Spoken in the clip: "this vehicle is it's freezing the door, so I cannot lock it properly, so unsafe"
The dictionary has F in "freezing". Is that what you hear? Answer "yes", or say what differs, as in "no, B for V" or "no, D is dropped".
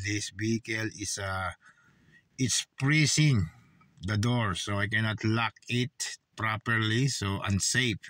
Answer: no, P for F